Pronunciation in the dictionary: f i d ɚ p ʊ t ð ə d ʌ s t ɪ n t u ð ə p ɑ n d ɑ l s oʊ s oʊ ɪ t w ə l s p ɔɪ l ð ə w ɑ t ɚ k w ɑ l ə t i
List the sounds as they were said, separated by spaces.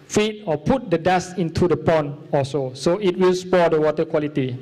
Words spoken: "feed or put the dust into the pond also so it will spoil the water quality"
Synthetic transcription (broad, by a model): f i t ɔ p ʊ t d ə d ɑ s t ɪ n t u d ə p ɑ n ɑ s oʊ s oʊ ɪ t w ə l s p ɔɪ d ə w ɑ t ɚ k w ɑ l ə t i